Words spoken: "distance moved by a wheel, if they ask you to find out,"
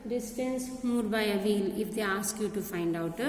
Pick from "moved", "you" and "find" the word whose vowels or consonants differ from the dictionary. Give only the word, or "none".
moved